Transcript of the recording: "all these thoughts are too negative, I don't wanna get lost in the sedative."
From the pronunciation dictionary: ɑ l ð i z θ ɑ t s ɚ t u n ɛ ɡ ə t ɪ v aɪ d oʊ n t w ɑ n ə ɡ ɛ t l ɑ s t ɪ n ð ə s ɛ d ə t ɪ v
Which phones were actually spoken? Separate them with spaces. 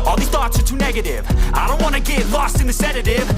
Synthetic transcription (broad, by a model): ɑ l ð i θ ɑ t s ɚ t u n ɛ ɡ ə t ɪ v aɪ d oʊ n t w ɑ n ə ɡ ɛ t l ɑ s t ɪ n ð ə s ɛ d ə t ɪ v